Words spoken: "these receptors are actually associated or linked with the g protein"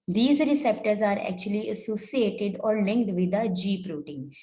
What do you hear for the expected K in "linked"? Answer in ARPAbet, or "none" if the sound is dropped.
K